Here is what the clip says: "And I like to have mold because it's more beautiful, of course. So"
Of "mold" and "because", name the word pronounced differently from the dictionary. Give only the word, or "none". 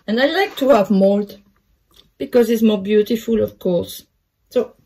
none